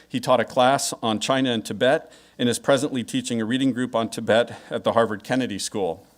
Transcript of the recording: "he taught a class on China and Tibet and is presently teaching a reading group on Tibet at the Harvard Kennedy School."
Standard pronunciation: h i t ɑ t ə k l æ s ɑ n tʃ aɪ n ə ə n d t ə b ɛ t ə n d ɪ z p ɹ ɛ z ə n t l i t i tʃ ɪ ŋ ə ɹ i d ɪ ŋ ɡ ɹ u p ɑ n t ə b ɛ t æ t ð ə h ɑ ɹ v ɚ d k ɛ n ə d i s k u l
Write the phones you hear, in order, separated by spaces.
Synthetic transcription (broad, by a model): h i t ɑ t ə k l æ s n tʃ aɪ n ə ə n t ə b ɛ t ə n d ɪ z p ɹ ɛ z ə n t l i t i tʃ ɪ ŋ ə ɹ i d ɪ ŋ ɡ ɹ u p n t ə b ɛ t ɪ t ð ə h ɑ ɹ v ɚ d k ɛ n ə d i s k u l